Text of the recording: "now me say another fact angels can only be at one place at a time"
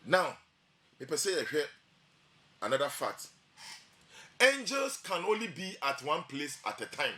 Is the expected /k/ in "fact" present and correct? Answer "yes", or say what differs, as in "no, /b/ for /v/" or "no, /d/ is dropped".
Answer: no, /k/ is dropped